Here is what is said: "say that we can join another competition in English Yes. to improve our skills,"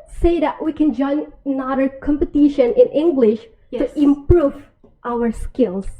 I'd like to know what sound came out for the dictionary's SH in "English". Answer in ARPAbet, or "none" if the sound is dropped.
SH